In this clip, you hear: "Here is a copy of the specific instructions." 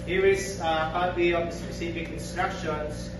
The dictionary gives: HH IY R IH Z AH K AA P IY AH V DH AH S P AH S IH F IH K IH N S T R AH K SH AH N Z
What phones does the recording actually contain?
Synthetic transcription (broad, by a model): HH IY R IH Z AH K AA B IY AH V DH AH S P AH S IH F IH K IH N S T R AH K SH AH N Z